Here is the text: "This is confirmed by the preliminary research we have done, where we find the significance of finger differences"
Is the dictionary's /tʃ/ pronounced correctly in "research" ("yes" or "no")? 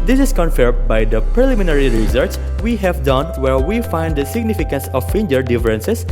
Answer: no